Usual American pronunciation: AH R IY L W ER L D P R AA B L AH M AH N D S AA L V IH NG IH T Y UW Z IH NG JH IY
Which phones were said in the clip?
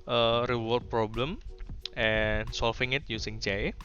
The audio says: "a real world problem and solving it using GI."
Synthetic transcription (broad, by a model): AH R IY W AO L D P R AA B L AH M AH N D S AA L F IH NG IH T Y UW S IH NG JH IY